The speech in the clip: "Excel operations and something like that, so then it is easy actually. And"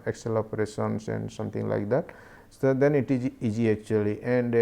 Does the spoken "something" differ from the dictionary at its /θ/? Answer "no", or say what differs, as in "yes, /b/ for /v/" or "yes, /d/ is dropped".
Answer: yes, /t/ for /θ/